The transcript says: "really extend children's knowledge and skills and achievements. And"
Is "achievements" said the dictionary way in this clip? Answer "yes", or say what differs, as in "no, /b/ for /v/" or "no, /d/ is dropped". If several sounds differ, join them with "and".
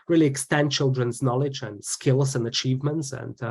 yes